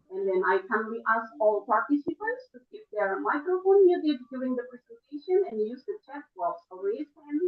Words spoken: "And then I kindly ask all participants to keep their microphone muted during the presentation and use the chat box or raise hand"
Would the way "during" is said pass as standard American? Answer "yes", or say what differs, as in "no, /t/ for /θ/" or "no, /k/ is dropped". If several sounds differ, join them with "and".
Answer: no, /l/ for /ɹ/